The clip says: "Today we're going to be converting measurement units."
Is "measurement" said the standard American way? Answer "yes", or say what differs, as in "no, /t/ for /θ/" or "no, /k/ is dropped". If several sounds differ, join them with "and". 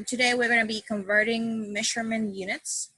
no, /ʃ/ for /ʒ/